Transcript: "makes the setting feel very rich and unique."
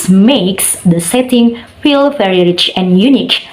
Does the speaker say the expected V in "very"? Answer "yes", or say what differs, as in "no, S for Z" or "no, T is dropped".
no, F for V